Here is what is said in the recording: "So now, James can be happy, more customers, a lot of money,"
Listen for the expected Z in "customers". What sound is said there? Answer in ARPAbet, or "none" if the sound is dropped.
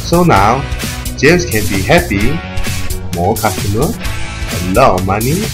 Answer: none